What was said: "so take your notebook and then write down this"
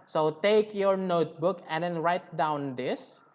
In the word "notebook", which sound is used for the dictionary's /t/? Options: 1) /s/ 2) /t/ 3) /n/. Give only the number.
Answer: 2